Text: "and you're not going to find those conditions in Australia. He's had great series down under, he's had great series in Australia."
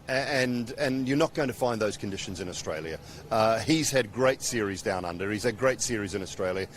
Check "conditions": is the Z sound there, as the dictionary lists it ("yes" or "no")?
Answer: yes